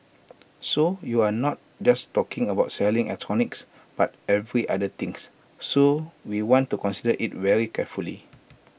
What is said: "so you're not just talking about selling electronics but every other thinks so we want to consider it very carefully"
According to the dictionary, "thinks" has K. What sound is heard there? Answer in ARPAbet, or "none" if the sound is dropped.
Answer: none